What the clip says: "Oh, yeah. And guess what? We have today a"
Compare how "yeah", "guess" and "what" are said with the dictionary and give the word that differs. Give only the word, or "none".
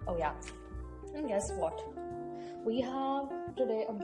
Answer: none